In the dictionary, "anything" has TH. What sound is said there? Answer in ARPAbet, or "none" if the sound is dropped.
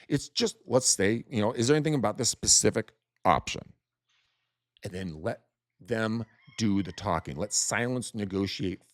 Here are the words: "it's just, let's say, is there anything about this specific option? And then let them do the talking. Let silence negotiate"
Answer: TH